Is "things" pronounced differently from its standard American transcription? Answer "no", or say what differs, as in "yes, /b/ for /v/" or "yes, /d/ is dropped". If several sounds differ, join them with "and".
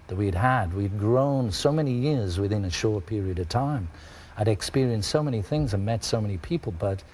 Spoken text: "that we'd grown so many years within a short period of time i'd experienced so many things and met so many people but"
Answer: no